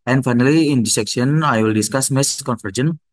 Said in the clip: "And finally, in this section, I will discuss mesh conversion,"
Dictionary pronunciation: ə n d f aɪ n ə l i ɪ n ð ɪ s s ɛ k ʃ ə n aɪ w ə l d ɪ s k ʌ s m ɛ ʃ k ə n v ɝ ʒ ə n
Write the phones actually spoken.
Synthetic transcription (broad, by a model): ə n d f aɪ n ə l i ɪ n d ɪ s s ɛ k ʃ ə n aɪ w ə l d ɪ s k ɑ s m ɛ s k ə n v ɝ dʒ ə n